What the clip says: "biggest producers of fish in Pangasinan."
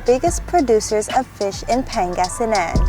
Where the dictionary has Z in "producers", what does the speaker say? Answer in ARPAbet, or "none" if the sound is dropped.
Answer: Z